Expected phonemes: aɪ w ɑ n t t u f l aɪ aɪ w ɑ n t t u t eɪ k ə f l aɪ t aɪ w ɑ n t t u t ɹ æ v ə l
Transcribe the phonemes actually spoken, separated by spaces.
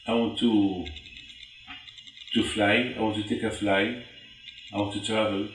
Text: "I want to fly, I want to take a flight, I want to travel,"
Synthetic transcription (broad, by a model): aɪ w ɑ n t t u f l aɪ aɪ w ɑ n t t u t eɪ k ə f l aɪ aɪ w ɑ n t t u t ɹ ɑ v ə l